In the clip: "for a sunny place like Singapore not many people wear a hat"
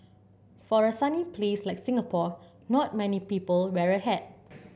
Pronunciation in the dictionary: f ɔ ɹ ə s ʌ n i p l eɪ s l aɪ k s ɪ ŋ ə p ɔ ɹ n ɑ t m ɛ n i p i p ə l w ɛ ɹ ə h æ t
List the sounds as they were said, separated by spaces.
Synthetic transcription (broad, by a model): f ɔ ɹ ə s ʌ n i p l eɪ s l aɪ k s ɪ ŋ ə p ɔ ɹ n ɑ t m ɛ n i p i p ə l w ɛ ɹ ə h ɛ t